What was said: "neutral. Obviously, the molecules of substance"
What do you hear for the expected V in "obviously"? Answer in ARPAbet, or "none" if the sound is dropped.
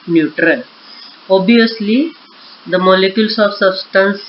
none